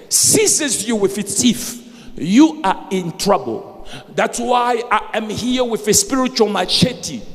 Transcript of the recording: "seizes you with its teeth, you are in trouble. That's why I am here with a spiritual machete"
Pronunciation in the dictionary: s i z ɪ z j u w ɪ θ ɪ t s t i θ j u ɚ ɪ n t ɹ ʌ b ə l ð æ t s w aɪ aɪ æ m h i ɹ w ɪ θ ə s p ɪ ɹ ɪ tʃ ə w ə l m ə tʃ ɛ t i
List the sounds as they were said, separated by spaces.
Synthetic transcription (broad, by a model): s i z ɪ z j u w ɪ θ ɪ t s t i f j u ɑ ɪ n t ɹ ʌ b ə l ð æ t s w aɪ aɪ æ m h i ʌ w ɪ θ ə s p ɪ ɹ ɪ tʃ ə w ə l m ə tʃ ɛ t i